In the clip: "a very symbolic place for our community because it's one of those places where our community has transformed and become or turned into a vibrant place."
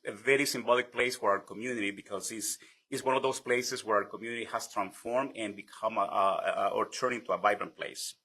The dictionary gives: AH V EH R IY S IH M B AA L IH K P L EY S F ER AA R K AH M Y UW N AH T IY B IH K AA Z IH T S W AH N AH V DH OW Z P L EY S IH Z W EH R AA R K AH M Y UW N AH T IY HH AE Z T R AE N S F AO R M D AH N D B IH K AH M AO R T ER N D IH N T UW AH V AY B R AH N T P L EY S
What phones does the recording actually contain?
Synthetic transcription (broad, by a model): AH V EH R IY S IH M B AA L IH K P L EY S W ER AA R K AH M Y UW N AH T IY B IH K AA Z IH S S W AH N AH V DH OW S P L EY S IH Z W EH R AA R K AH M Y UW N AH T IY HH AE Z T R AE N S F AO R M D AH N B IH K AH M AO R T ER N IH N T UW AH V AY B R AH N P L EY S